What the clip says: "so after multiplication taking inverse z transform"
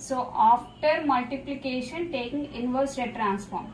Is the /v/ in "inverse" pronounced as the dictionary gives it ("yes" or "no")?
yes